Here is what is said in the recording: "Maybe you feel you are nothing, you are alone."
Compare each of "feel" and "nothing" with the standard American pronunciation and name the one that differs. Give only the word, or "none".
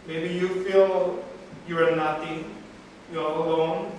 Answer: nothing